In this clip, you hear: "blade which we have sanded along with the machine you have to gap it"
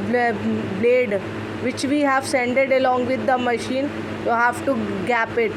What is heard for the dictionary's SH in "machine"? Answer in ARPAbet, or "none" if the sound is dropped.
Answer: SH